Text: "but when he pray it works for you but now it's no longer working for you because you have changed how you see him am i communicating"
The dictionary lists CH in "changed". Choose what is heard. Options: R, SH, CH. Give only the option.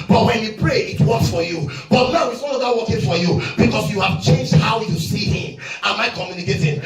CH